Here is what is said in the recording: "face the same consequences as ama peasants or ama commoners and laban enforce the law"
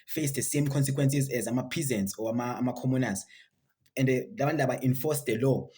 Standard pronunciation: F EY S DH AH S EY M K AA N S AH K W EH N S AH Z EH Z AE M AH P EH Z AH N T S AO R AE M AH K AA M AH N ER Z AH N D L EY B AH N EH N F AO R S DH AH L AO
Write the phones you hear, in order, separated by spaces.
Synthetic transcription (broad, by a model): F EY S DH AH S EY M K AA N S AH K W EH N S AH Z EH Z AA M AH P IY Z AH N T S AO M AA M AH K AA M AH N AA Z AH N D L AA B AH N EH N F AO S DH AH L AO